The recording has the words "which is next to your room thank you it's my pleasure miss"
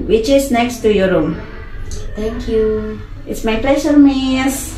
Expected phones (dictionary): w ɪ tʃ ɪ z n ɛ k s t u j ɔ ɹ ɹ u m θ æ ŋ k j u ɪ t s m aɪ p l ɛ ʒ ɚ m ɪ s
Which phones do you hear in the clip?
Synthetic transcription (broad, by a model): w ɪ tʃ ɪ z n ɛ k s t u j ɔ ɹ ɹ u m t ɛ ŋ k j u ɪ t s m aɪ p l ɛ s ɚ m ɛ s